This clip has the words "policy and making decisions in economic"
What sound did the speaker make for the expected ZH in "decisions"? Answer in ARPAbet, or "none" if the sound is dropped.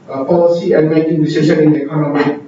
SH